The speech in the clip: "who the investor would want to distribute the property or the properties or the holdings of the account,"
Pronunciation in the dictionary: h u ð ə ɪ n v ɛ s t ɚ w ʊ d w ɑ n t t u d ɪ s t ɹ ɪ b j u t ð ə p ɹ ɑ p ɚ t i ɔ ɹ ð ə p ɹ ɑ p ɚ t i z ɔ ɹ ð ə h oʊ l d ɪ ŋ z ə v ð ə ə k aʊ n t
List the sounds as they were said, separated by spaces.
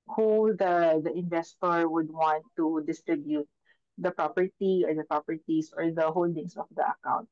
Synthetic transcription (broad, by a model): h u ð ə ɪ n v ɛ s t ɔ w ʊ d w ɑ n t t u d ɪ s t ɹ ɪ b j u t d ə p ɹ ɑ p ɚ t i ɔ ɹ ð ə p ɹ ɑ p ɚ t i s ɔ ɹ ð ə h oʊ l d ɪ ŋ s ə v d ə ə k aʊ n t